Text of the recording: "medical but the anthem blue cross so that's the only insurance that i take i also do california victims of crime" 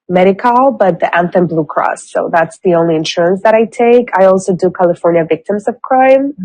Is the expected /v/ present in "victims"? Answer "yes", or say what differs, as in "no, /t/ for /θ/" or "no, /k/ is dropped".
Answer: yes